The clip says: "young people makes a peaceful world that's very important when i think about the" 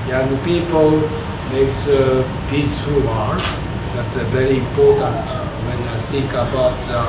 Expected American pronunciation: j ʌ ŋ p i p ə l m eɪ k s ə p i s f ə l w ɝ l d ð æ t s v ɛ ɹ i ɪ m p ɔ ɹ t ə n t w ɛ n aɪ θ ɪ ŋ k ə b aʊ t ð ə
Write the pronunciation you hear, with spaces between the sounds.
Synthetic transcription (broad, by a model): j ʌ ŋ p i p ə l m eɪ k s ə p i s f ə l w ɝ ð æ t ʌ v ɛ ɹ i ɪ m p ɔ ɹ t ə n t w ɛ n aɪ s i k ə b aʊ t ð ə